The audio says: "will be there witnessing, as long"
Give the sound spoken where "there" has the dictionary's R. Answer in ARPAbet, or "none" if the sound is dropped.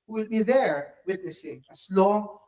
R